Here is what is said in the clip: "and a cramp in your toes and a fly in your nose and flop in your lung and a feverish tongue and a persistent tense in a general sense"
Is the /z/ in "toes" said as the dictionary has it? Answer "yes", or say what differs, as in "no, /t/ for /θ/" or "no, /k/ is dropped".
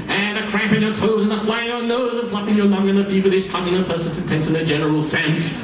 yes